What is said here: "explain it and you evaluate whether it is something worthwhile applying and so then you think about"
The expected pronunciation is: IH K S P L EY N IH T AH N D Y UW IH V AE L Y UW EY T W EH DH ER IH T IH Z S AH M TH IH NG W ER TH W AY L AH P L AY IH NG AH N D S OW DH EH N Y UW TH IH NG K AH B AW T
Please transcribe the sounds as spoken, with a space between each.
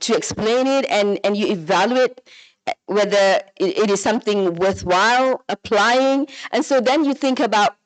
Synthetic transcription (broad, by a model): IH K S P L EY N IH T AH N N Y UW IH V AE L Y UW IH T W EH DH ER IH T IH Z S AH M TH IH NG W ER TH W AY L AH P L AY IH NG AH N S OW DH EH N Y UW TH IH NG K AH B AW T